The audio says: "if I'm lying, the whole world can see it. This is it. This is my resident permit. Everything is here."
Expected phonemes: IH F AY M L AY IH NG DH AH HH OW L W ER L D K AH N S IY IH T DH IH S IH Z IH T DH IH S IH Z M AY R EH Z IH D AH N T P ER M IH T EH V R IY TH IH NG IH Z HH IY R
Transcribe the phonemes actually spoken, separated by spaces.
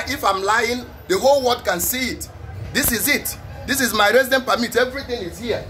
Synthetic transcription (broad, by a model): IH F AY M L AY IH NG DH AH HH OW L W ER D K AH N S IY IH T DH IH S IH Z IH T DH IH S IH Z M AY R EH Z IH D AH N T P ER M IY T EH V R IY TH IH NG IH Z HH IY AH